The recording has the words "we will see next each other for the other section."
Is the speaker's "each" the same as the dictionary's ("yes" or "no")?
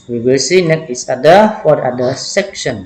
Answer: no